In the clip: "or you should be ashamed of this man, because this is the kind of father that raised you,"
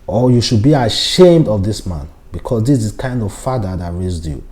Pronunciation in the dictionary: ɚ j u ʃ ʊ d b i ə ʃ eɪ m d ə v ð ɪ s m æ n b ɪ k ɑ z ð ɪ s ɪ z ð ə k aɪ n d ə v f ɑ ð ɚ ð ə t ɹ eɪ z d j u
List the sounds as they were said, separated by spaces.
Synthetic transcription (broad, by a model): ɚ j u ʃ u d b i ə ʃ eɪ m d ə v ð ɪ s m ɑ n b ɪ k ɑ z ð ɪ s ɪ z k aɪ n d ə v f ɑ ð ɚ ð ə t ɹ eɪ z d j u